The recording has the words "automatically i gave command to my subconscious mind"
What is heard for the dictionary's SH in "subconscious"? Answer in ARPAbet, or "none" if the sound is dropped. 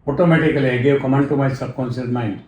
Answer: S